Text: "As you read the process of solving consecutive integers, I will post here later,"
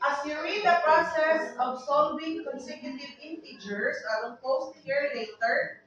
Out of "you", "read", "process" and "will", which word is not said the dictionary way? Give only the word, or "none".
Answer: will